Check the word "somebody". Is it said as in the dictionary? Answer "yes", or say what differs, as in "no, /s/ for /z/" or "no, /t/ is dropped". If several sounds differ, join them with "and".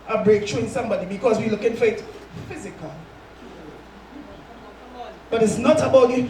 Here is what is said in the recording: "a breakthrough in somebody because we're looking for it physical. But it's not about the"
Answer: yes